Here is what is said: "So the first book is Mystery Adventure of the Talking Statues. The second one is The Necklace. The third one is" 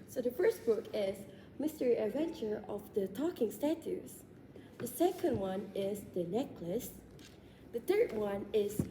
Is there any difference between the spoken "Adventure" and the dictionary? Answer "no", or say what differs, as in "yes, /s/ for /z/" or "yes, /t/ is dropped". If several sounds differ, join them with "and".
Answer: no